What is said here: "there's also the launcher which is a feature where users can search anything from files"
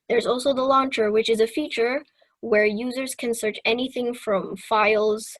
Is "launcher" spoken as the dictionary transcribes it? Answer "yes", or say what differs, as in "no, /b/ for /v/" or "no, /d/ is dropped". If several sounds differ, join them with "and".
yes